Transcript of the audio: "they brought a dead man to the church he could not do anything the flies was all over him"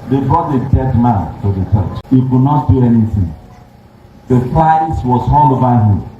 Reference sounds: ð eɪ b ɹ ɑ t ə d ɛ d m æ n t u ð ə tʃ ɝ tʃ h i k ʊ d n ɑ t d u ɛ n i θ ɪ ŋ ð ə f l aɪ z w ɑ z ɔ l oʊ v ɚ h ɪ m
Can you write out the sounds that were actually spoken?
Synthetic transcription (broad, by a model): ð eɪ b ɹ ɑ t ə d ɛ d m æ n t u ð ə tʃ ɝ tʃ h i k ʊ d n ɑ t d u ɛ n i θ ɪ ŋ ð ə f aɪ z w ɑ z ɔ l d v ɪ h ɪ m